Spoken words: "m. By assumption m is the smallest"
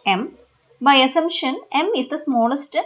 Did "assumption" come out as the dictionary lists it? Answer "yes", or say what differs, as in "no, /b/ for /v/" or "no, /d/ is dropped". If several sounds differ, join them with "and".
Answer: no, /p/ is dropped